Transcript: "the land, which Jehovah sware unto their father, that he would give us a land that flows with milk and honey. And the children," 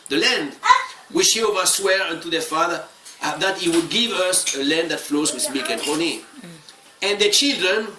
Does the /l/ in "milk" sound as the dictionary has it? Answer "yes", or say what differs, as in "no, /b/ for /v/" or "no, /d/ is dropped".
no, /l/ is dropped